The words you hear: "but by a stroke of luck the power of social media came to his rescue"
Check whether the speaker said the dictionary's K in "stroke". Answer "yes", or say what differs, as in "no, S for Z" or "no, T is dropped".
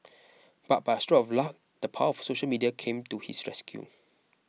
no, K is dropped